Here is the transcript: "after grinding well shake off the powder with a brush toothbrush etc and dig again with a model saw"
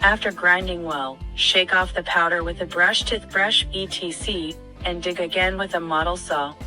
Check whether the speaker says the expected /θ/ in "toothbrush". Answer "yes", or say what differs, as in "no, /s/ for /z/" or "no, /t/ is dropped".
no, /t/ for /θ/